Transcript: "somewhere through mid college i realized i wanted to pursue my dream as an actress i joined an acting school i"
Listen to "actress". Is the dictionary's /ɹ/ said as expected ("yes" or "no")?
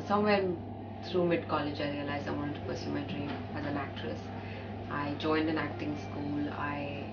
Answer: yes